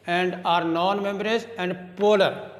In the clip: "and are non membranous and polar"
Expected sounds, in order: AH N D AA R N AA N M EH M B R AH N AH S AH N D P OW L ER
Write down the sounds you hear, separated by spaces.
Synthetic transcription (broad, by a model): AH N D AA R N AA N M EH M B AH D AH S AH N D P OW L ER